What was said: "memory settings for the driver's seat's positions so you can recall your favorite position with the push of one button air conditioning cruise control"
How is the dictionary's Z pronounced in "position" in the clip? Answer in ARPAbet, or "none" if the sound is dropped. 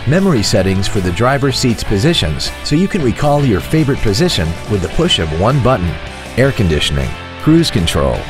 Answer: Z